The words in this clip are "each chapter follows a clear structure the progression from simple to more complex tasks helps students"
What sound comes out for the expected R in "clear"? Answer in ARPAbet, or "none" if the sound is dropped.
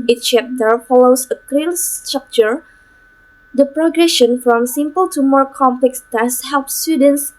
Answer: L